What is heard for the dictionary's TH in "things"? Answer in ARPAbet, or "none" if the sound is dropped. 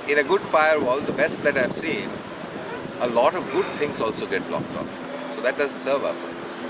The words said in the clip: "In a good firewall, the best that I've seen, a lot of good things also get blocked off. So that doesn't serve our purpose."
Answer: T